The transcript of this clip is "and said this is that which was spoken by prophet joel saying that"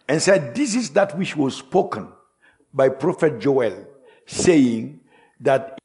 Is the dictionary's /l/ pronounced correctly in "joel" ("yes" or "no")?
yes